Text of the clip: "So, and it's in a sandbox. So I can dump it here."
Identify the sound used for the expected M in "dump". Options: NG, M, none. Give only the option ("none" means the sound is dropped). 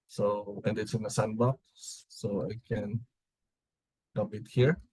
none